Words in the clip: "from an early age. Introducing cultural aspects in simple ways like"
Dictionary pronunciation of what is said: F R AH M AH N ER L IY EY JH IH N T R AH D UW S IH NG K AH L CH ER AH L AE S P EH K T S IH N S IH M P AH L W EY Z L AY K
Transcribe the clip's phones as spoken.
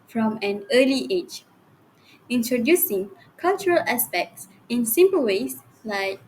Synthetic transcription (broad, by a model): F R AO M AH N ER L IY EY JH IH N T R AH D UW S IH NG K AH L CH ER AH L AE S P EH K T S IH N S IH M P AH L W EY S L AY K